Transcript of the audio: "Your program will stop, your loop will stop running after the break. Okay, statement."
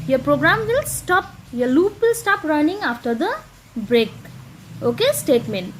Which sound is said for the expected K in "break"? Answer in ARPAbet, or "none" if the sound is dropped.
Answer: K